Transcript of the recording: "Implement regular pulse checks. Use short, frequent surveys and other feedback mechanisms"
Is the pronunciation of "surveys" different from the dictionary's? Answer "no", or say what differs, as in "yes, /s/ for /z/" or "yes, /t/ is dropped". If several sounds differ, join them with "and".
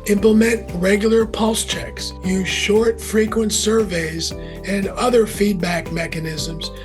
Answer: no